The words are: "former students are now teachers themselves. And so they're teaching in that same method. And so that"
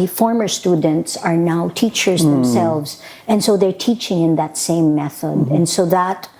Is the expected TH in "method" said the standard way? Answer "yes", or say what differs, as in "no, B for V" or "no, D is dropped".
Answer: yes